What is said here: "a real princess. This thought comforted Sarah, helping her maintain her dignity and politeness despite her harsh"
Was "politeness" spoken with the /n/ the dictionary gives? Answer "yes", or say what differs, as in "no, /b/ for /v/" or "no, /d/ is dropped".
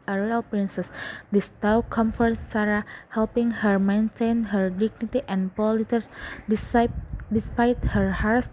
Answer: no, /n/ is dropped